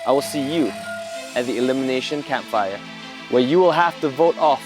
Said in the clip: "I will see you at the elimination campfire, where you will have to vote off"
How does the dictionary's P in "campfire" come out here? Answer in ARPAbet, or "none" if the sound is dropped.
P